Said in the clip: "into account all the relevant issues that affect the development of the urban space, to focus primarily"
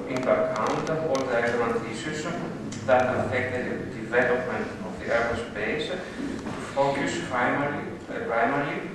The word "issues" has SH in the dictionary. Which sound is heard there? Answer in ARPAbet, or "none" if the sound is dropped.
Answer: S